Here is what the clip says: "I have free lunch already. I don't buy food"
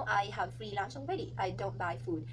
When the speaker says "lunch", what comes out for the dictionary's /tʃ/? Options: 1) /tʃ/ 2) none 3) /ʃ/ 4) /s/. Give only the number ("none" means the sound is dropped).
4